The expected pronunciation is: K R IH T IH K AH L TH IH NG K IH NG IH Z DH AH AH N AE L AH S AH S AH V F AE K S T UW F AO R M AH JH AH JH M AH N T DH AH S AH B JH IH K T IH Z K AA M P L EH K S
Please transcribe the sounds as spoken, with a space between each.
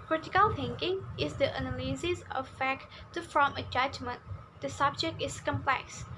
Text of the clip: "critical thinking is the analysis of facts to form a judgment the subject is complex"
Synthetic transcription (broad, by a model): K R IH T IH K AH L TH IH NG K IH NG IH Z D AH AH N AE L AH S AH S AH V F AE K T UW F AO M AH JH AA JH M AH N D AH S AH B JH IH K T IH S K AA M P L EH K S